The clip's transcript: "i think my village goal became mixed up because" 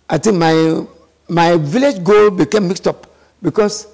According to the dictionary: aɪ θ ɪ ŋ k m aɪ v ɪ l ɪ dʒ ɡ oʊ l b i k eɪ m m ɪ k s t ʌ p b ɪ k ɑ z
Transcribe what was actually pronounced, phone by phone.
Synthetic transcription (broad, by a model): aɪ t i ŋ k m aɪ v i l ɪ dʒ ɡ oʊ l b i k eɪ m m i k s t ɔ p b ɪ k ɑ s